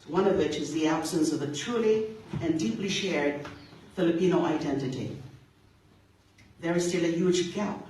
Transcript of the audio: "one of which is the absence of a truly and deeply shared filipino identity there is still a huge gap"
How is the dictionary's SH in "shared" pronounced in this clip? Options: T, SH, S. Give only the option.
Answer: SH